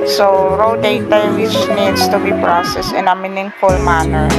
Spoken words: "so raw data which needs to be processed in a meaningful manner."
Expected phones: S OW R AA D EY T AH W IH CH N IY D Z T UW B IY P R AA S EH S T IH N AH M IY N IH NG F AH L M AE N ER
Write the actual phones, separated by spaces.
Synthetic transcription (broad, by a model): S OW R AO D EY T AH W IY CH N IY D S T UW B IY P R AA S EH S IH N AH M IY N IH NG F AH L M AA N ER